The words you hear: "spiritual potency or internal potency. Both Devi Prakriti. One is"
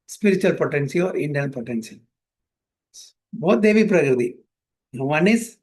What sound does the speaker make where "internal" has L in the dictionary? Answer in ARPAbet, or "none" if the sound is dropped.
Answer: N